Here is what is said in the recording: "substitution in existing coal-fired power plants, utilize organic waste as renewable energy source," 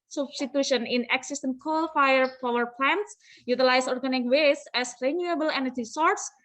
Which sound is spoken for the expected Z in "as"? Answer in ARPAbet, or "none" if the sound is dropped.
S